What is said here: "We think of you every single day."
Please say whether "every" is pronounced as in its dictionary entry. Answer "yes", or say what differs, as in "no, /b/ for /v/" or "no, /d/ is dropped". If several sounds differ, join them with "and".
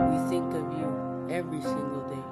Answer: yes